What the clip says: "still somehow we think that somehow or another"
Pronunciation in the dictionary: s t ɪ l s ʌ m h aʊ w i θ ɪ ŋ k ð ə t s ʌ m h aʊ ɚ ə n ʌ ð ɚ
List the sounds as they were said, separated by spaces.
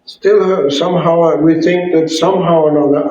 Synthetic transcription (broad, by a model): s t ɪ l s ʌ m h aʊ w i θ ɪ ŋ k ð ə t s ʌ m h aʊ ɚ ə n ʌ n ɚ